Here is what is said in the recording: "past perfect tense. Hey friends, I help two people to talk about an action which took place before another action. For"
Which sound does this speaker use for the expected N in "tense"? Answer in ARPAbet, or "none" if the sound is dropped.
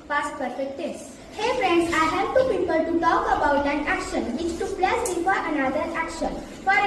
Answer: none